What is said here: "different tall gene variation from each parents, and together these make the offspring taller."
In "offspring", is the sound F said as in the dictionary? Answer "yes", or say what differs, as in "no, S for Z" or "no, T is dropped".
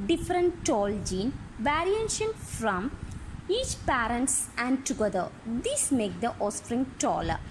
no, F is dropped